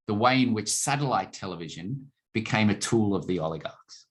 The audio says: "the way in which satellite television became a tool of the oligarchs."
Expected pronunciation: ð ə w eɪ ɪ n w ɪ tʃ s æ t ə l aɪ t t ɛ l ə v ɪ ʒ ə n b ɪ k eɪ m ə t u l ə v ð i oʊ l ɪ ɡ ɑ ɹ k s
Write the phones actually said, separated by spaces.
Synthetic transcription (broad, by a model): ð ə w eɪ ɪ n w ɪ tʃ s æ t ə l aɪ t t ɛ l ə v ɪ ʒ ə n b ɪ k eɪ m ə t u l ə v ð i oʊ l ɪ ɡ ɑ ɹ k s